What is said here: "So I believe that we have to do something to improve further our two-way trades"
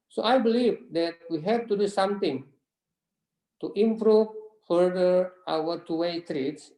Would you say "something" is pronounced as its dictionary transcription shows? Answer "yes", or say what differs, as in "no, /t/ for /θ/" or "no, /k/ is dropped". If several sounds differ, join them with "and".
no, /t/ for /θ/